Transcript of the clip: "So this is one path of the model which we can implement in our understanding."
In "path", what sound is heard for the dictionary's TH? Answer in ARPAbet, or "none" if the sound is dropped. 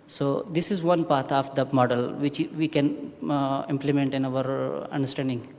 T